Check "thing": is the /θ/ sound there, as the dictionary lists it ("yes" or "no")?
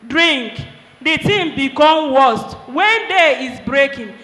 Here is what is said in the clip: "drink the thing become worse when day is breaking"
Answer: no